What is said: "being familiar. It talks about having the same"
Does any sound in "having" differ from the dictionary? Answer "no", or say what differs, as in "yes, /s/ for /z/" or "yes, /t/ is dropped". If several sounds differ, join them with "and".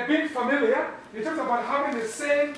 yes, /p/ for /v/